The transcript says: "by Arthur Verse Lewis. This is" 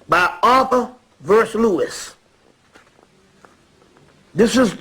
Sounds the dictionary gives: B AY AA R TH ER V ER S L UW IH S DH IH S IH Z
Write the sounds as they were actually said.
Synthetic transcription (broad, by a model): B AY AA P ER V ER S L UW IH S DH IH S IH Z